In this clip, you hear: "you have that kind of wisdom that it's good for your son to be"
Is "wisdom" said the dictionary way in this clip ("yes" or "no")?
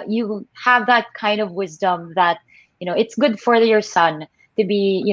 yes